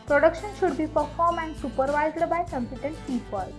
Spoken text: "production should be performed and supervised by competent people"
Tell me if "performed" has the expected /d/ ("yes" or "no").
no